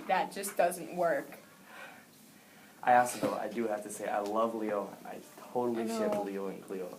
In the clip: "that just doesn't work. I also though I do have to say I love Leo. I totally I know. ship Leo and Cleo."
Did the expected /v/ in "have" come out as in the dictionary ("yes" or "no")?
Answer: no